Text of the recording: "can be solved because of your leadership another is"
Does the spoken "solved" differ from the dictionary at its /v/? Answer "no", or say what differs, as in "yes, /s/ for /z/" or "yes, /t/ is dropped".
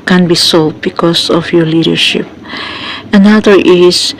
yes, /v/ is dropped